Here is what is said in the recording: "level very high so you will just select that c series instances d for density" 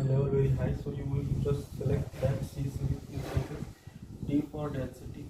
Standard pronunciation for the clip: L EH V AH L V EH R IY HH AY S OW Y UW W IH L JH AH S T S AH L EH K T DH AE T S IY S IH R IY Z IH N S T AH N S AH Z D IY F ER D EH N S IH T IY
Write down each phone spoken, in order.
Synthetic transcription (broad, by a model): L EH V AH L V EH R IY HH AY S OW Y UW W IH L JH AH S T S AH L EH K T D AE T S IY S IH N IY IH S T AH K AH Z D IY P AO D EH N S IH T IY